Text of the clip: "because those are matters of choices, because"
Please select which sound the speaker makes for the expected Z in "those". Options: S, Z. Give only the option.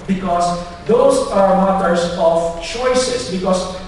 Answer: S